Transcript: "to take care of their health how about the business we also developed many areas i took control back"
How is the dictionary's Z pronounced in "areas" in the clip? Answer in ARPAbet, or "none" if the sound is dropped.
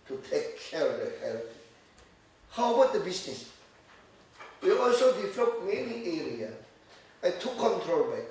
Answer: none